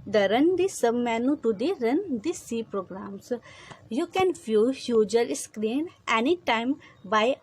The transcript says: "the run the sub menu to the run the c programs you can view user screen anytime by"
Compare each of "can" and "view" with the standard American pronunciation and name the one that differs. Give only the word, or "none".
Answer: view